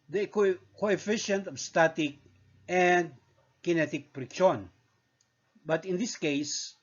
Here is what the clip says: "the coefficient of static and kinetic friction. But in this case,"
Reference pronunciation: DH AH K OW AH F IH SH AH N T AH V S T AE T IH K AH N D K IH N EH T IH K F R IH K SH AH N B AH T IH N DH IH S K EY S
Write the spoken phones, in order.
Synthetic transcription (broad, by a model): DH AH K OW AH F IH SH AH N T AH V S T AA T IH K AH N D K IH N EH T IH K P R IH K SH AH N B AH T IH N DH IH S K EY S